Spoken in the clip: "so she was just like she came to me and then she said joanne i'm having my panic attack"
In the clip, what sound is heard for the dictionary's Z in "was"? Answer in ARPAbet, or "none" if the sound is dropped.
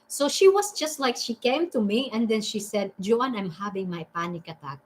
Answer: S